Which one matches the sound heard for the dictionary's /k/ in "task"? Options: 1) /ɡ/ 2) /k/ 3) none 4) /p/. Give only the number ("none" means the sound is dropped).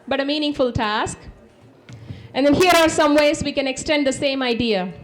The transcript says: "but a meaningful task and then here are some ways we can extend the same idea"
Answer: 2